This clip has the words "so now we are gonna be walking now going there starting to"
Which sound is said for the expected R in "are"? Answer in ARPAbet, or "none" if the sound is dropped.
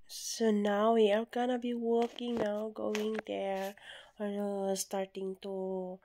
L